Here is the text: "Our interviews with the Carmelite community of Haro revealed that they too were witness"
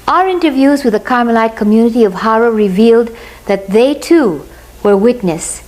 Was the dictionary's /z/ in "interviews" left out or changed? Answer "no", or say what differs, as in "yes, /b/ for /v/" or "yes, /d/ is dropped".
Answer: no